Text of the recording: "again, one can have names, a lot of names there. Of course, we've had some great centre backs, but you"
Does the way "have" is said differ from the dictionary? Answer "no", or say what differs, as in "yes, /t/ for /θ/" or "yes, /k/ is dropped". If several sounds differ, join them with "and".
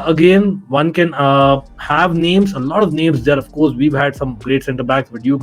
no